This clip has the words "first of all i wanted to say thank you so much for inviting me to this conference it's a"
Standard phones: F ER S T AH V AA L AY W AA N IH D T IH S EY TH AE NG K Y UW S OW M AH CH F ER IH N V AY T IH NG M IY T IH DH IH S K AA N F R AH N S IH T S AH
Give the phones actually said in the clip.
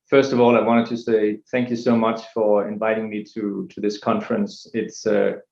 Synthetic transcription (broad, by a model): F ER S T AH V AA L AY W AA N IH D T IH S EY TH AE NG K Y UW S OW M AH CH F ER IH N V AY T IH NG M IY T IH DH IH S K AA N F R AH N S IH T S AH